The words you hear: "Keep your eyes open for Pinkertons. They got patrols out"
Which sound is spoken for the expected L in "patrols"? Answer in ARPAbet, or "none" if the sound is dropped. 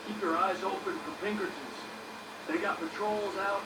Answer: L